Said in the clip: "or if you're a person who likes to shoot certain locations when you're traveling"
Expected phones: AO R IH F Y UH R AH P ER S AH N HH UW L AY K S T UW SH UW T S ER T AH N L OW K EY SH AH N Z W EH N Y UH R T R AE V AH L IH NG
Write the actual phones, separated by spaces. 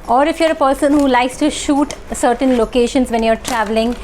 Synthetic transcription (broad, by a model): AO R IH F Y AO R AH P ER S AH N HH UW L AY K S T UW SH UW T S ER T AH N L OW K EY SH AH N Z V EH N Y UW R T R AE V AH L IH NG